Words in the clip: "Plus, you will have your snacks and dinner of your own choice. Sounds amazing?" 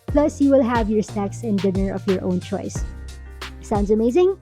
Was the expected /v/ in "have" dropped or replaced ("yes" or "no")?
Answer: no